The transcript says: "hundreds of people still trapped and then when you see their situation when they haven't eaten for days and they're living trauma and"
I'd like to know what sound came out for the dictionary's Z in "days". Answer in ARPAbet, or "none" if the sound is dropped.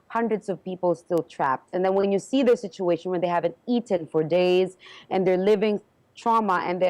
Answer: Z